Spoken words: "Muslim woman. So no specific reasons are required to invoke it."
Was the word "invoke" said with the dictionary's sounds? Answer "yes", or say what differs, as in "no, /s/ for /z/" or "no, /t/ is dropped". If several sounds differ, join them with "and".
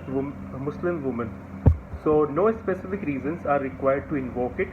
yes